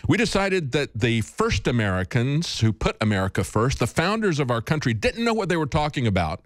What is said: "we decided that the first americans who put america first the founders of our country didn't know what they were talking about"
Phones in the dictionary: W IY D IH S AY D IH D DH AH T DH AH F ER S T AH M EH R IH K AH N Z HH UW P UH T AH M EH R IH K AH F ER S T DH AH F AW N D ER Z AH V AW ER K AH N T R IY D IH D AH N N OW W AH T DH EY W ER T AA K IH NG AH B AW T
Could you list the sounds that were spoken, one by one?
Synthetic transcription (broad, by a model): W IY D IH S AY D IH D DH AH T DH AH F ER S T AH M EH R IH K AH N Z HH UW P UH T AH M EH R IH K AH F ER S T DH AH F AW N D ER Z AH V AW ER K AH N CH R IY D IH D N N OW W AH T DH EY W ER T AA K IH NG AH B AW T